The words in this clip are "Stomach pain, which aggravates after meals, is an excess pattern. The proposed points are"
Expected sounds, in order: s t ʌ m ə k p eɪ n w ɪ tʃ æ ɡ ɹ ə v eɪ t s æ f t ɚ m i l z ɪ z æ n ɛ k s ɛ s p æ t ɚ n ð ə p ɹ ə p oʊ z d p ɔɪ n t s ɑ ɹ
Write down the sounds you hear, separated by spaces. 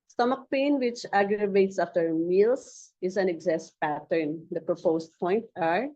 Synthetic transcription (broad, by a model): s t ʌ m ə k p eɪ n w ɪ tʃ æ ɡ ɹ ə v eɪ t s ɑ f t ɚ m i l s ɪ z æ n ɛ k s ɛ s p æ t ɚ n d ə p ɹ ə p oʊ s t p ɔɪ n t ɑ ɹ